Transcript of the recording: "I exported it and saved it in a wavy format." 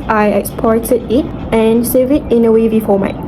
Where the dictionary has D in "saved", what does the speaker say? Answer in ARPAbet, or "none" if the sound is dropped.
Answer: none